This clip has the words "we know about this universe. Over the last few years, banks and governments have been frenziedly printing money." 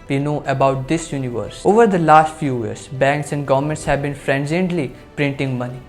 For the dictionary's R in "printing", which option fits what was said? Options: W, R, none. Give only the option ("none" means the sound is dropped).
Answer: R